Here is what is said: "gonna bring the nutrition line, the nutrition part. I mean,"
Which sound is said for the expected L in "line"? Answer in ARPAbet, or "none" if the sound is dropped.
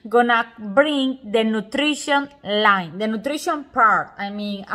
L